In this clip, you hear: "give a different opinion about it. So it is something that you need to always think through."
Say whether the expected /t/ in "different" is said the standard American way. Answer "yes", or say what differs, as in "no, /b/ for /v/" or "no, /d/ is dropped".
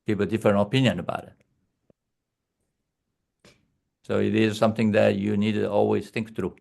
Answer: no, /t/ is dropped